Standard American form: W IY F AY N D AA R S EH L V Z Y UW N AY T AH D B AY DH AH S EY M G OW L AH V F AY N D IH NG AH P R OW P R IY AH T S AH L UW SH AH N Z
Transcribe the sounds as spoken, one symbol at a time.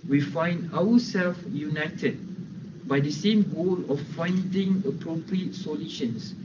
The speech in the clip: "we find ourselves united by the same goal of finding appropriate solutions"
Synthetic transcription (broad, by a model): W IY F AY N D AA W S EH L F Y UW N AY T AH D B AY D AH S EY M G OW L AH F AY N D IH NG AH P R OW P R IY AH T S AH L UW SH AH N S